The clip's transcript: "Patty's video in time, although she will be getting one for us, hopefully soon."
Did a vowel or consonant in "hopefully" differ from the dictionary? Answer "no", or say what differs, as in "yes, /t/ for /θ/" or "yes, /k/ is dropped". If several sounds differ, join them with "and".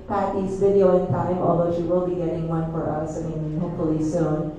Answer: yes, /f/ is dropped